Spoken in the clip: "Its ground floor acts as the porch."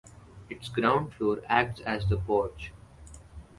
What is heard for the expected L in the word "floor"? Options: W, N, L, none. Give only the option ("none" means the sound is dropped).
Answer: none